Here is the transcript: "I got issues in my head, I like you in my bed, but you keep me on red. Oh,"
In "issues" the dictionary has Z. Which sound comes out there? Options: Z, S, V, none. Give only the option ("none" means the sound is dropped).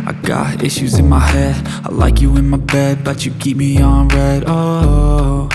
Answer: Z